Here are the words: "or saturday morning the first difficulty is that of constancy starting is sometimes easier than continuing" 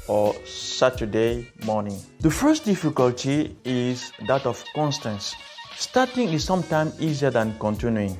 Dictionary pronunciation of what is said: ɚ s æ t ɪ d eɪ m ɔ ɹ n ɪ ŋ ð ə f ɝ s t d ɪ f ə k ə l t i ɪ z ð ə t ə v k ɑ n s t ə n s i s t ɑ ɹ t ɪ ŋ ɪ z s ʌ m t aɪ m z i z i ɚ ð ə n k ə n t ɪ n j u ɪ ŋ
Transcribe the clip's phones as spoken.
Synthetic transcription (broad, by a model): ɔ s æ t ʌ d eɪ m ɔ n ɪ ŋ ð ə f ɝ s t d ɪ f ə k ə l t i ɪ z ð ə t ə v k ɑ n s t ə n s s t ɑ t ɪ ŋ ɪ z s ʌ m t aɪ m s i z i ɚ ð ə n k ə n t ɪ n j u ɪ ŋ